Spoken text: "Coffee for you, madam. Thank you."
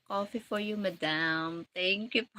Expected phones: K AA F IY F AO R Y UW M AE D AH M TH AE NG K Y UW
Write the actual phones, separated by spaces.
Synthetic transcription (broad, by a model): K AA F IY F AO R Y UW M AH D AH M T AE NG K Y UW